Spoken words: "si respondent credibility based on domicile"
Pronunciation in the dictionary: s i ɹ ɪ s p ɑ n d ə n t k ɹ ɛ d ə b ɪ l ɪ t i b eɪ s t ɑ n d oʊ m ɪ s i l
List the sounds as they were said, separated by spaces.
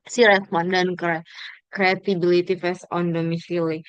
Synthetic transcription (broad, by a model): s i ɹ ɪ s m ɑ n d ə n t k ɹ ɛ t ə b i l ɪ t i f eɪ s ɑ n d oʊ m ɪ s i l